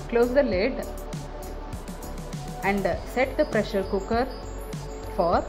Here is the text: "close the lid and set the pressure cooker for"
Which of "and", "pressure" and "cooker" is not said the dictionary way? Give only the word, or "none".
none